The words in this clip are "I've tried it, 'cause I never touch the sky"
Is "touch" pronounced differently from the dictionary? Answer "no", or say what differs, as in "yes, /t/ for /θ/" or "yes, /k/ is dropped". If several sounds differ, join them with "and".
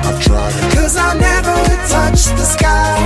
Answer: no